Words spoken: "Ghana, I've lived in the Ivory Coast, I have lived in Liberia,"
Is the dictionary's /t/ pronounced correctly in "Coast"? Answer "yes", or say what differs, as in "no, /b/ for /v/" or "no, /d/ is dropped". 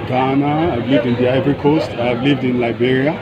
yes